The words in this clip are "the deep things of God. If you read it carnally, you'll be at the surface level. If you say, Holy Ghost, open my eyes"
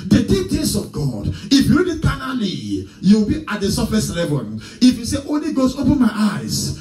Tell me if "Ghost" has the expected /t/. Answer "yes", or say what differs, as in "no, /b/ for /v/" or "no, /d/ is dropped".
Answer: no, /t/ is dropped